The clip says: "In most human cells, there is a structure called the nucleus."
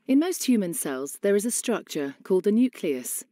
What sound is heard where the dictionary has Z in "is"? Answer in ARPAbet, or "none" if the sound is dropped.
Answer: Z